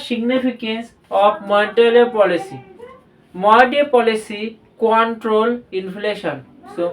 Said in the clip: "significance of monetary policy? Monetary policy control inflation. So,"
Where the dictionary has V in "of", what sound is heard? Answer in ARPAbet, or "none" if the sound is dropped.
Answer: P